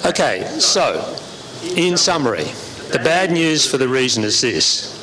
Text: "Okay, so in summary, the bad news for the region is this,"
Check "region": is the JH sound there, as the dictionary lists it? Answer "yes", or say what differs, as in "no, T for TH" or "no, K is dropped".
no, Z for JH